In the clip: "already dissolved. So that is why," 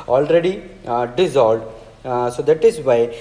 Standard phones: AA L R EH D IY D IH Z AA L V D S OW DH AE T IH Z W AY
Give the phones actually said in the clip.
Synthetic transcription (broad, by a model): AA L R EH D IY D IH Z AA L D S OW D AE T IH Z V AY